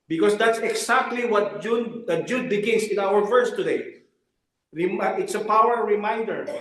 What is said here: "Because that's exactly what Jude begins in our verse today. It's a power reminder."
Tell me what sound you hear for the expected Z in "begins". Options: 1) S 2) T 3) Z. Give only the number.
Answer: 1